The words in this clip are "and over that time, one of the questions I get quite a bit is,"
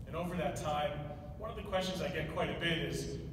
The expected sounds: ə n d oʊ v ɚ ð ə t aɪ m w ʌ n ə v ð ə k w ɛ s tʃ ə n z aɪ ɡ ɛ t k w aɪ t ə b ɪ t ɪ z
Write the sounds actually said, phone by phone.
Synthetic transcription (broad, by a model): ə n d oʊ v ɚ ð ə t aɪ m w ʌ n ə v ð ə k w ɛ s tʃ ə n z aɪ ɡ ɛ t k w aɪ t ə b ɪ t ɪ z